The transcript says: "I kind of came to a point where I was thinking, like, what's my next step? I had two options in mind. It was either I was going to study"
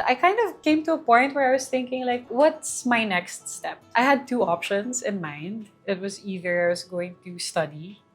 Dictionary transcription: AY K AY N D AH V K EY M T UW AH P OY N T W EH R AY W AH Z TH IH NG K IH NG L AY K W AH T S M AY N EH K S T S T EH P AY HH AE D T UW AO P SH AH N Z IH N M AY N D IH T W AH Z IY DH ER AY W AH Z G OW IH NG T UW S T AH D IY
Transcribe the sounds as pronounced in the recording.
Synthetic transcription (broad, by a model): AY K AY N D AH V K EY M T UW AH P OY N T W EH R AY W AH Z TH IH NG K IH NG L AY K W AH T S M AY N EH K S T S T EH P AY HH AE D T UW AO P SH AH N S IH N M AY N D IH T W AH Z IY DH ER AY W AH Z G OW IH NG T UW S T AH D IY